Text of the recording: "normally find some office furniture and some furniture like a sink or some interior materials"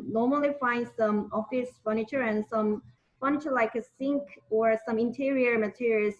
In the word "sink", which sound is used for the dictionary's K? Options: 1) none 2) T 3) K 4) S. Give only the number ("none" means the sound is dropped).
3